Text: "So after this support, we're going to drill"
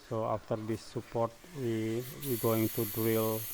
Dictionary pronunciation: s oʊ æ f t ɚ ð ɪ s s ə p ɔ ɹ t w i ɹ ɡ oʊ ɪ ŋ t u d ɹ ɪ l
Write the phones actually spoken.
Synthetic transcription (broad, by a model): s oʊ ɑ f t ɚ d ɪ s s ə p ɔ ɹ t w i w ɡ oʊ ɪ ŋ t u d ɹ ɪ l